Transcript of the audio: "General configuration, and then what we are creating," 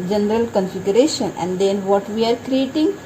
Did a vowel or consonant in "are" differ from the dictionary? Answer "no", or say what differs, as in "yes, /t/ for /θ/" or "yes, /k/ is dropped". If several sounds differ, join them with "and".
no